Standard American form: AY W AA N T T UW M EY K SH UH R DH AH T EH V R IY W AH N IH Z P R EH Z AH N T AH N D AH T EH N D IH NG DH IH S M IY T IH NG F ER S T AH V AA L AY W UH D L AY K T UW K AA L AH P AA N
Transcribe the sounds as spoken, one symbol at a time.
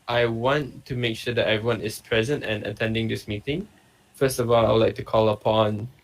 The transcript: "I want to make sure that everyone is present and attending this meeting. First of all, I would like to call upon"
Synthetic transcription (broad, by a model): AY W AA N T T UW M EY K SH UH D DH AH T EH V R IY W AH N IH S P R EH Z AH N T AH N AH T EH N D IH NG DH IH S M IY T IH NG F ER S T AH V AA L AY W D L AY K T UW K AA L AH P AA N